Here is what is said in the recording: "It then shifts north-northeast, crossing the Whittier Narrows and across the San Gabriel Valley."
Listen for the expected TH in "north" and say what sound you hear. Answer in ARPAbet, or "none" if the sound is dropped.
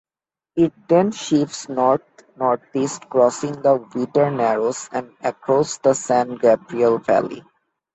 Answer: T